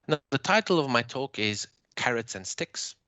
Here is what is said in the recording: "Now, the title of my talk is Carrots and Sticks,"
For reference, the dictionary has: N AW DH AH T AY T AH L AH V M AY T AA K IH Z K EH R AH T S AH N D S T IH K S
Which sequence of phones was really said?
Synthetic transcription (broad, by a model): N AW DH AH T AY T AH L AH V M AY T AA K IH Z K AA R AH T S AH N S T IH K S